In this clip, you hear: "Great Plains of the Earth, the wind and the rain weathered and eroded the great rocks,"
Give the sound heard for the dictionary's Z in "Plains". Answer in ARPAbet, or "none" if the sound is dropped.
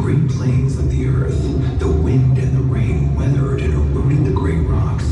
Z